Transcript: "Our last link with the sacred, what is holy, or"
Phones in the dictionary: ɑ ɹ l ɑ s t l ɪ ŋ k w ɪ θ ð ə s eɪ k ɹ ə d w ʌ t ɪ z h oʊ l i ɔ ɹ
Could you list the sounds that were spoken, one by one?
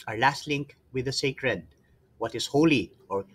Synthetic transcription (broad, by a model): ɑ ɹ l ɑ s t l ɪ ŋ k w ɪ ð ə s eɪ k ɹ ə d w ʌ t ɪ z h oʊ l i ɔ ɹ